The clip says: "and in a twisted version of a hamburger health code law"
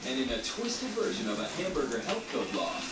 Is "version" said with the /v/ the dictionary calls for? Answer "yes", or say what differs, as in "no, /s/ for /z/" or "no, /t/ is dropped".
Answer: yes